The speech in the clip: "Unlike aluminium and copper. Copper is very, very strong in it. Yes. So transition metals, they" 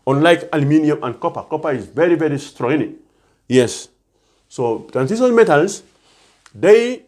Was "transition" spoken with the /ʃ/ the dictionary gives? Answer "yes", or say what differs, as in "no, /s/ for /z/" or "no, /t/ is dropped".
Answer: no, /s/ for /ʃ/